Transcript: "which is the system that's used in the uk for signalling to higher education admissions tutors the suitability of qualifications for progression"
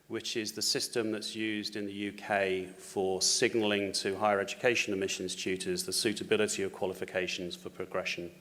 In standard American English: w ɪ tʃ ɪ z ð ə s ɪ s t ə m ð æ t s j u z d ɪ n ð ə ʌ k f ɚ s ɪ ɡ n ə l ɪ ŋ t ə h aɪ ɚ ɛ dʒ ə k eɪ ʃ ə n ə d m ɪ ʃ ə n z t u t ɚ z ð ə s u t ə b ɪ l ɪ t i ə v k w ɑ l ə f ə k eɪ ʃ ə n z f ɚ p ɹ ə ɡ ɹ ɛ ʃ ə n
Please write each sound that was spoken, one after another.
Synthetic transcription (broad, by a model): w ɪ tʃ ɪ z ð ə s ɪ s t ə m ð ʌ t s j u z d ɪ n ð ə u k f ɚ s ɪ ɡ n ə l ɪ ŋ t ə h aɪ ɚ ɛ dʒ ə k eɪ ʃ ə n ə m ɪ ʃ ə n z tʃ u t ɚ z ð ə s u t ə b ɪ l ɪ t i ə v k w ɑ l ə f ə k eɪ ʃ ə n z f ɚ p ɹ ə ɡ ɹ ɛ ʃ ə n